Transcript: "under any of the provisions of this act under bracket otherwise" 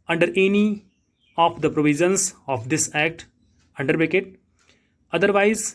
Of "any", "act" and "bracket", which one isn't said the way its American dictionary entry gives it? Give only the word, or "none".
bracket